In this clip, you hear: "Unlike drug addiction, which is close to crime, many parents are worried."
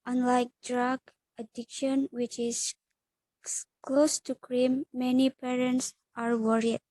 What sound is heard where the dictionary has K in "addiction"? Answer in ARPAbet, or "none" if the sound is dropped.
K